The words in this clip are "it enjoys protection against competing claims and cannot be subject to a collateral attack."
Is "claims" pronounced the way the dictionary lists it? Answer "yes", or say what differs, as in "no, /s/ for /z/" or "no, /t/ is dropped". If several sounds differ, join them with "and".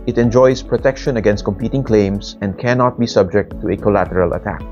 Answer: no, /s/ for /z/